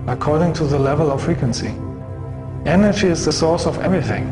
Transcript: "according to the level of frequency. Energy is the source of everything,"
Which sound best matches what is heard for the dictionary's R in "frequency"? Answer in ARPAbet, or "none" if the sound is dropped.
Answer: R